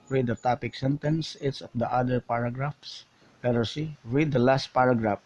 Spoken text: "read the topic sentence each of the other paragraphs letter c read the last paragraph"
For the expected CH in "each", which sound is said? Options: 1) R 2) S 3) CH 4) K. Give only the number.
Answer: 2